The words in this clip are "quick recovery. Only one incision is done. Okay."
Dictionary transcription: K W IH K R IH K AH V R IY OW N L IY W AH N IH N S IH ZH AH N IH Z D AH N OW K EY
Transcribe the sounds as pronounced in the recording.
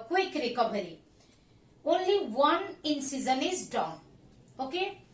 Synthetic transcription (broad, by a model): K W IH K R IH K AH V R IY OW N L IY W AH N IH N S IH Z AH N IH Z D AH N OW K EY